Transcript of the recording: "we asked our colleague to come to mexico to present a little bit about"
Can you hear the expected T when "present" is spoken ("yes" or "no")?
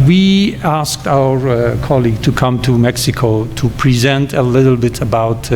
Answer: yes